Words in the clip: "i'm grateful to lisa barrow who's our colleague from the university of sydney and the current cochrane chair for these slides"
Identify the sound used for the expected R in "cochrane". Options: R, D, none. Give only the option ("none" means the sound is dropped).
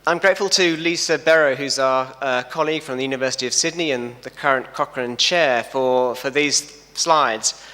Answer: R